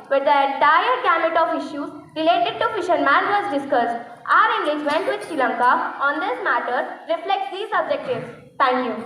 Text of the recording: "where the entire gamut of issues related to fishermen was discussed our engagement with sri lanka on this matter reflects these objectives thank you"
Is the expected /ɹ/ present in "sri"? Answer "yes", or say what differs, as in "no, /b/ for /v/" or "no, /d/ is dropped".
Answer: no, /ɹ/ is dropped